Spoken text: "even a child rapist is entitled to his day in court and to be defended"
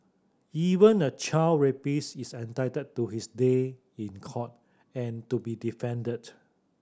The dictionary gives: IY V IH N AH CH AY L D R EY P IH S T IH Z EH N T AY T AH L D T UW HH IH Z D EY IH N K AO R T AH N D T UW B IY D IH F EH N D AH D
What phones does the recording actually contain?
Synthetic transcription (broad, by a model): IY V IH N AH CH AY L R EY P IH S IH S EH N T AY T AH D T UW HH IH S D EY IH N K AO T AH N T UW B IY D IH F EH N D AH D